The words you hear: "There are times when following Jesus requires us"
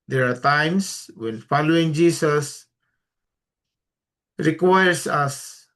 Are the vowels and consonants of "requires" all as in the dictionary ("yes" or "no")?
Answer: no